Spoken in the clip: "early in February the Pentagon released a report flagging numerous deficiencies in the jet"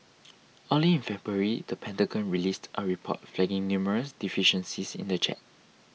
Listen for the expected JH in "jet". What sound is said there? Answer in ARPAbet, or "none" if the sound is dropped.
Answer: CH